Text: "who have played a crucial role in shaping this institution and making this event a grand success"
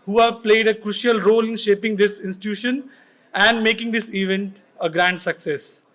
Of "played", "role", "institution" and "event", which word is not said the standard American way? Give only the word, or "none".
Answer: none